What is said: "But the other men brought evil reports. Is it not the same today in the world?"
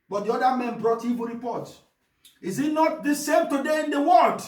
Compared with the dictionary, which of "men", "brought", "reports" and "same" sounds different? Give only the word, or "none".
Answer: reports